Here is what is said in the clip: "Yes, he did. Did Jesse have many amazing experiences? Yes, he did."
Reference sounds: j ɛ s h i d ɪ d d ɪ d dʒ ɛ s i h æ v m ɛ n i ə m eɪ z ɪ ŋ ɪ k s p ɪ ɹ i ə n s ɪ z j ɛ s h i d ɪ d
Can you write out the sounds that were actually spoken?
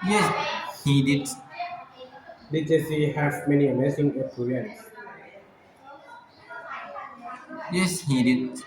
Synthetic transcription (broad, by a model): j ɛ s h i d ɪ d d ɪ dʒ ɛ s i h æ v m ɛ n i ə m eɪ s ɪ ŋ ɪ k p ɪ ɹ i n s j ɛ s h i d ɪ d